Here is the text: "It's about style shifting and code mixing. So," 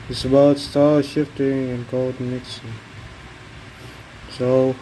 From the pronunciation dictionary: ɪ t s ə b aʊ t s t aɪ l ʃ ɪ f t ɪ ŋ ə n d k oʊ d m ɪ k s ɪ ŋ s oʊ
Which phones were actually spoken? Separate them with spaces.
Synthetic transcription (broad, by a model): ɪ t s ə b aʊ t s t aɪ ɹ ʃ ɪ f t ɪ ŋ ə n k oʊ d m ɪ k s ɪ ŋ s oʊ